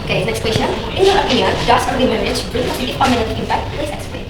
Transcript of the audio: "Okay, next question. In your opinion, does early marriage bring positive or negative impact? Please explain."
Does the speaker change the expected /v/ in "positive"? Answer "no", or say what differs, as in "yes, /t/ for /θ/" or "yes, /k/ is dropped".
yes, /f/ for /v/